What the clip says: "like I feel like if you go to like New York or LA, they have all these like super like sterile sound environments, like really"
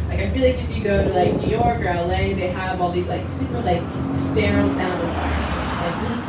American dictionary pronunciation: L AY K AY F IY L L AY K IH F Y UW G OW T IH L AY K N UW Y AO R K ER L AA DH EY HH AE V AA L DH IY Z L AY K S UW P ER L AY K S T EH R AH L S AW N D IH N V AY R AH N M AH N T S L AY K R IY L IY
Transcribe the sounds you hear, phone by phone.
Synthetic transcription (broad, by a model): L AY K AY F IY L L AY K IH F Y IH G OW T IH L AY K N UW Y AO R K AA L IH DH EY HH AE V AA L DH IY Z L AY K S UW P ER L AY K S T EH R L S AW N D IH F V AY AH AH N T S L AY K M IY